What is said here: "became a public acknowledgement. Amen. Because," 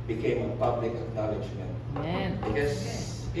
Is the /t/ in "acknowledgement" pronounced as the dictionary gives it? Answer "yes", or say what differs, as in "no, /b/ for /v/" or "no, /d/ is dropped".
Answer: no, /t/ is dropped